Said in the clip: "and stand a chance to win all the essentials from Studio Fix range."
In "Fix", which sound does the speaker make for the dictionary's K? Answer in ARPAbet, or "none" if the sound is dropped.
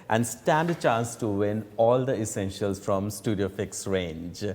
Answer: K